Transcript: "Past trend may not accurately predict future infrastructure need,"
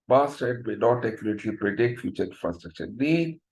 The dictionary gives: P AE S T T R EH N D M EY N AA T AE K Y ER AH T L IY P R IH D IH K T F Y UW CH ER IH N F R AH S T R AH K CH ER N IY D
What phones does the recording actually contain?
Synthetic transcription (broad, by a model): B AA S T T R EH D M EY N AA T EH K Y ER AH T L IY P R IH D IH K T F Y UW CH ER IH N F R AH S T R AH K CH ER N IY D